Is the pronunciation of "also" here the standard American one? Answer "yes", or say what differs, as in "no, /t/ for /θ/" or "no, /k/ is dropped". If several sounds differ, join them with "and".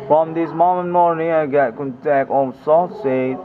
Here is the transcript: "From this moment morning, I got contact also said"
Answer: no, /n/ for /l/